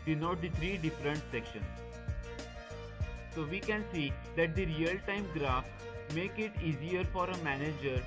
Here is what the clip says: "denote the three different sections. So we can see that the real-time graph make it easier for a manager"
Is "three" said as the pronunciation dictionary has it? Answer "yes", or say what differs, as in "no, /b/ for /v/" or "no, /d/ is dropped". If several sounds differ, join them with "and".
no, /t/ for /θ/